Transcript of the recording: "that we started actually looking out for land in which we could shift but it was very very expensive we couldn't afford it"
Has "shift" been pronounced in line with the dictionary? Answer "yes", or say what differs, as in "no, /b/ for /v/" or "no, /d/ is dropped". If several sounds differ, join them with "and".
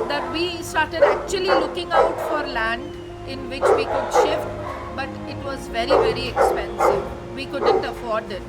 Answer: yes